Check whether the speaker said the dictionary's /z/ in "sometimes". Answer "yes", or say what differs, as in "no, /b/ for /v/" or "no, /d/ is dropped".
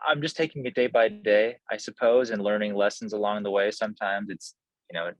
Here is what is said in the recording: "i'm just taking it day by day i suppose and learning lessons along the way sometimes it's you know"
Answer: yes